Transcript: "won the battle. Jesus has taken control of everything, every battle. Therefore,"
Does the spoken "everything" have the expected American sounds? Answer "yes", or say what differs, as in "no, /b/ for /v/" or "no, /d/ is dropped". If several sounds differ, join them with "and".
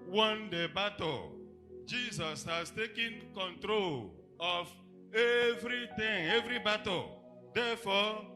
no, /t/ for /θ/